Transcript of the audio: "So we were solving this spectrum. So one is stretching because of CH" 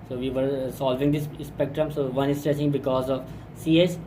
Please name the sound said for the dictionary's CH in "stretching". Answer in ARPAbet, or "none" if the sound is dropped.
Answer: S